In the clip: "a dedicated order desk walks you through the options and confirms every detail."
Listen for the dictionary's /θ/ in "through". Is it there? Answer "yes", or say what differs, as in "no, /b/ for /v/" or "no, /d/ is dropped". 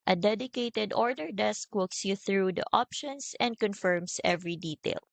yes